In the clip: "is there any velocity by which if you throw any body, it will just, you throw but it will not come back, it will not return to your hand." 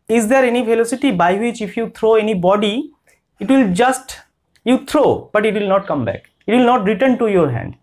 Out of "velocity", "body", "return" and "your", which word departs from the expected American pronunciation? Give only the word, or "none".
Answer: velocity